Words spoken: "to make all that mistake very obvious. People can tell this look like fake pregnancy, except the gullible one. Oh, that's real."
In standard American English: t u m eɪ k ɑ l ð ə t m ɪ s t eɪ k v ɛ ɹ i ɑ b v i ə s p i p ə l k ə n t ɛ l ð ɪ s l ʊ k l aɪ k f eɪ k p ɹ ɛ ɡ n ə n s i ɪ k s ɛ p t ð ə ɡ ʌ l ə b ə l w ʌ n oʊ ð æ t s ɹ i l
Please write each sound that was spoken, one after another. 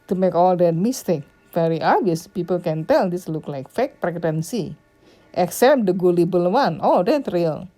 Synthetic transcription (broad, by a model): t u m eɪ k ɑ l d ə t m ɪ s t eɪ k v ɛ ɹ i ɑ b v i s p i p ə l k ə n t ɛ l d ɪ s l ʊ k l aɪ k f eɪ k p ɹ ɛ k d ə n s i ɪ k s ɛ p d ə ɡ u l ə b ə l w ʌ n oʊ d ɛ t ɹ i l